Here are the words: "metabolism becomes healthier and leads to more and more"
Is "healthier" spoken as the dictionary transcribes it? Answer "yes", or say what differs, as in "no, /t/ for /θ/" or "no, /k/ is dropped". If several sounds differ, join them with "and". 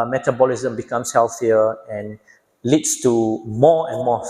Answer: no, /f/ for /θ/